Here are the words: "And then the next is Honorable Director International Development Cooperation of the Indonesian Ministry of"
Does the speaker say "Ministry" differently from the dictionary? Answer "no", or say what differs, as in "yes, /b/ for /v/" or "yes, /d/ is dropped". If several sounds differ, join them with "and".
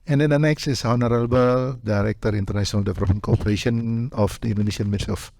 yes, /s/ is dropped